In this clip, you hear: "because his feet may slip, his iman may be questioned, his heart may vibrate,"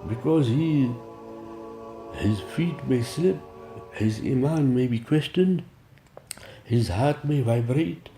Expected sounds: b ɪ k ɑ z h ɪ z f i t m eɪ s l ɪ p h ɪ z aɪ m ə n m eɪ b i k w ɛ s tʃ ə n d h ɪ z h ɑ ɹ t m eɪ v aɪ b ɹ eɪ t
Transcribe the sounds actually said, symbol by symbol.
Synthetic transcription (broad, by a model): b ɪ k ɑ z h ɪ z f i t m eɪ s l ɪ p h ɪ z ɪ m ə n m eɪ b i k w ɛ s tʃ ə n d h ɪ z h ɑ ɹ t m eɪ v aɪ b ɹ eɪ t